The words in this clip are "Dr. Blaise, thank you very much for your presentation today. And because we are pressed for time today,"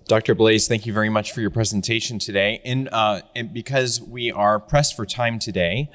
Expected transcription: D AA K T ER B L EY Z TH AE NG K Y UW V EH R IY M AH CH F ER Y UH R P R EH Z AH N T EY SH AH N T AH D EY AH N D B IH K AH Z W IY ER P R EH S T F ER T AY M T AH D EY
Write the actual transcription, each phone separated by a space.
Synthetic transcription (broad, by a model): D AA K T ER B L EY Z TH AE NG K Y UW V EH R IY M AH CH F ER Y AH R P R EH Z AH N T EY SH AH N T AH D EY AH N B IH K AH Z W IY ER P R EH S T F ER T AY M T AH D EY